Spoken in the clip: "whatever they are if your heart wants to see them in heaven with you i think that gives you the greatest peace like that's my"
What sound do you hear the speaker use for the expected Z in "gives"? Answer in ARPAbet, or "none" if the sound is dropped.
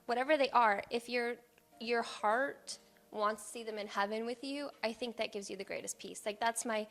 Z